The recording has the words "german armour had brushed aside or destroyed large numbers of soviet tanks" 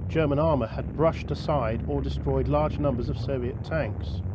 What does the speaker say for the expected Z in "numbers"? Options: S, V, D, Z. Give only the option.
Z